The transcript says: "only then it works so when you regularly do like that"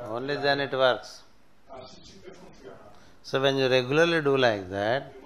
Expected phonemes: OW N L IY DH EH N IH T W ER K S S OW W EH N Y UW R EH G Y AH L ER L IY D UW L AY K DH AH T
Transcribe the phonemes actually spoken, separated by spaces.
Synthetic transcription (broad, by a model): OW N L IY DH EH N IH T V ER K S S OW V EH N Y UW R EH G Y AH L ER L IY D UW L AY K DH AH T